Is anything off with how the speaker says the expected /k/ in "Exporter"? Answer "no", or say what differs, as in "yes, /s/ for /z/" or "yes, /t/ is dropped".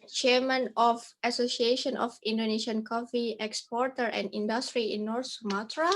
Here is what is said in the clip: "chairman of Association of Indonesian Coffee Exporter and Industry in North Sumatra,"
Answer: no